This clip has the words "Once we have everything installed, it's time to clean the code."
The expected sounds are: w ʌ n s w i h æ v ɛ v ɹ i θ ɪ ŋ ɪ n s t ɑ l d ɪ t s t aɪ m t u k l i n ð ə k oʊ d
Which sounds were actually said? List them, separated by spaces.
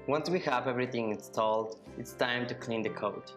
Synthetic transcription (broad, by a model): w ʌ n s w i h æ v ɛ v ɹ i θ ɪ ŋ ɪ n s t ɑ l d ɪ t s t aɪ m t u k l i n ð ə k oʊ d